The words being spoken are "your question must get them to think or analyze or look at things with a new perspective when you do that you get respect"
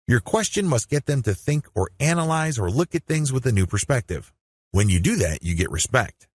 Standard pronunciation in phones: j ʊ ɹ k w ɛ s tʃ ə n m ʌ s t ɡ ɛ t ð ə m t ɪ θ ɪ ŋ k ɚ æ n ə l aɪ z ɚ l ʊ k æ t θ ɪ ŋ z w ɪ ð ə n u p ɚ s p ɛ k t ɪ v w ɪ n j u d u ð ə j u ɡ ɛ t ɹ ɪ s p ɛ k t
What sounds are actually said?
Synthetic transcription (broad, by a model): j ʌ ɹ k w ɛ s tʃ ə n m ʌ s t ɡ ɛ t ð ə m t ɪ θ ɪ ŋ k ɚ æ n ə l aɪ z ɚ l ʊ k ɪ t θ ɪ ŋ z w ɪ ð ə n u p ɚ s p ɛ k t ɪ v w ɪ n j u d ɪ ð ə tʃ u ɡ ɛ t ɹ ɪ s p ɛ k t